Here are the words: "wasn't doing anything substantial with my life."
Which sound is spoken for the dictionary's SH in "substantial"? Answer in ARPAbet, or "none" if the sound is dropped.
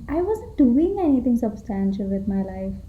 SH